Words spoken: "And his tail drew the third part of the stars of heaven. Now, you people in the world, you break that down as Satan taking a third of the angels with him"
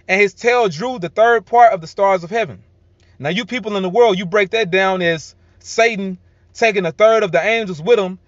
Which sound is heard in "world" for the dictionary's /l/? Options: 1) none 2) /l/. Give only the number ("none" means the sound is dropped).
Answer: 2